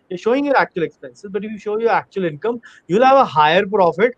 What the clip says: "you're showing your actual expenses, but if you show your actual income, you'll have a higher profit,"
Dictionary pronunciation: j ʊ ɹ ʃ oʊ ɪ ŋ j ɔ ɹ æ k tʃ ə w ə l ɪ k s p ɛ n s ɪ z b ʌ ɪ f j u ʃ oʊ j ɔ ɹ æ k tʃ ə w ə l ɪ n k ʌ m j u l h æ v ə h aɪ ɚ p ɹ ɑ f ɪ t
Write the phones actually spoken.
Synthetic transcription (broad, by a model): j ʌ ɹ ʃ oʊ ɪ ŋ j ɔ ɹ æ k tʃ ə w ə l ɪ k s p ɛ n s ɪ z b ʌ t j u ʃ oʊ j ɔ ɹ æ k tʃ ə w ə l ɪ n k ʌ m j u l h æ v ə h aɪ ɚ p ɹ ɑ f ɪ t